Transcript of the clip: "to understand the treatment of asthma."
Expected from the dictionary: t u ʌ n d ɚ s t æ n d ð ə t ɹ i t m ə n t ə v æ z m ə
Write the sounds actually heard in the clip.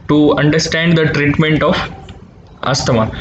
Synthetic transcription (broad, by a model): t u ʌ n d ɚ s t æ n d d ə t ɹ i t m ə n t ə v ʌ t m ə